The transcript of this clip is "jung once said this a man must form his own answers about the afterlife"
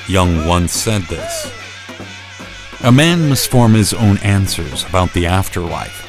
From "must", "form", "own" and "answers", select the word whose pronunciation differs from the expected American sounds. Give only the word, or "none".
none